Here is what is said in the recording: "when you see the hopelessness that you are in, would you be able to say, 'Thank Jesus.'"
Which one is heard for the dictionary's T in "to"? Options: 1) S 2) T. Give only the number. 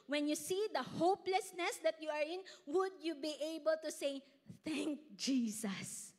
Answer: 2